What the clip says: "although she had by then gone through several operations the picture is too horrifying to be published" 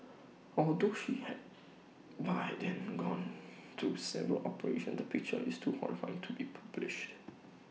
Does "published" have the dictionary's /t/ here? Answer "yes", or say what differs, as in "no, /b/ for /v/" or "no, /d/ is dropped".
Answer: yes